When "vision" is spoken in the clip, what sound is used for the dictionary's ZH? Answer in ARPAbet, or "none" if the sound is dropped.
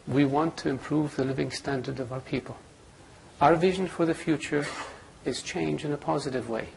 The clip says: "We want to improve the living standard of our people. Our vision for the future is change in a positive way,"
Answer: ZH